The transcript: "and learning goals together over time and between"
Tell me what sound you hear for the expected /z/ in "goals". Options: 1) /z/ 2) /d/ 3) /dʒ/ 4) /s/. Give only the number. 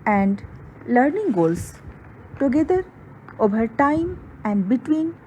4